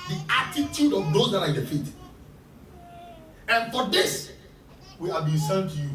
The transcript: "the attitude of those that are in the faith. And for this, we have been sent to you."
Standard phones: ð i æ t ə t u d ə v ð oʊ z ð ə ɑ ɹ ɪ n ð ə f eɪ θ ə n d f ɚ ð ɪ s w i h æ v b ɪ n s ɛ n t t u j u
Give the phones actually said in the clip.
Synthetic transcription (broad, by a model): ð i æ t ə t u d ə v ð oʊ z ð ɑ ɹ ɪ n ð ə f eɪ t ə n f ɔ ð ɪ s w i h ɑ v b ɪ n s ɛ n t t u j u